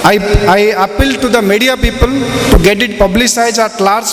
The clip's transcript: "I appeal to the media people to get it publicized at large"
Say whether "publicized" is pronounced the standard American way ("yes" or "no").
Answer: no